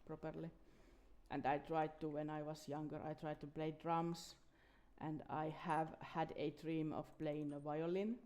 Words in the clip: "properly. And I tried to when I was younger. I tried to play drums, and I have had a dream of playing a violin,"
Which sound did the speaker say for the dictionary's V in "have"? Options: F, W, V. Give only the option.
V